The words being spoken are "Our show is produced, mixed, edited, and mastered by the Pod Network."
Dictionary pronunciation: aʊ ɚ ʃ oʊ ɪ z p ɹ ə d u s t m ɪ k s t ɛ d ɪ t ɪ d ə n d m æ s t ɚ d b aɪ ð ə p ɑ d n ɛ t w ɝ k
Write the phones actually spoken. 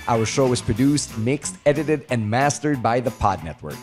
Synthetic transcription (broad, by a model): aʊ ɚ ʃ oʊ ɪ z p ɹ ə d u s t m ɪ k s t ɛ d ɪ t ɪ d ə n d m æ s t ɚ d b aɪ ð ə p ɑ d n ɛ t w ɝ k